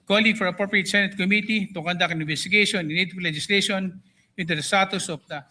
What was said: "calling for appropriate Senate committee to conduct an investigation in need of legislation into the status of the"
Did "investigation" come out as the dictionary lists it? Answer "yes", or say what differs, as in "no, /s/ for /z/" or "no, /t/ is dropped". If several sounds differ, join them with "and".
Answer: no, /b/ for /v/